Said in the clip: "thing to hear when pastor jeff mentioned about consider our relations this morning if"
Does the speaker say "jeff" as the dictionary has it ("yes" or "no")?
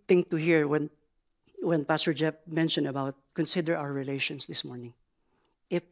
no